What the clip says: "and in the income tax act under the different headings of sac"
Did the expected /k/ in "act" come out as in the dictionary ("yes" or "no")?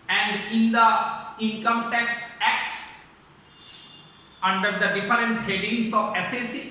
yes